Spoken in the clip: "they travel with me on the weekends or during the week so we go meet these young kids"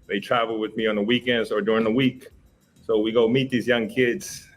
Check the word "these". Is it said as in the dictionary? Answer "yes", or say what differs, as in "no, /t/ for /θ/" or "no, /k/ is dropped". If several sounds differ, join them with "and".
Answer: yes